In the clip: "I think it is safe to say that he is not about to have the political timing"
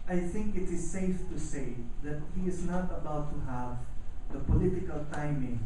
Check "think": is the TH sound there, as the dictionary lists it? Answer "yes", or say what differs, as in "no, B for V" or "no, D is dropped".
yes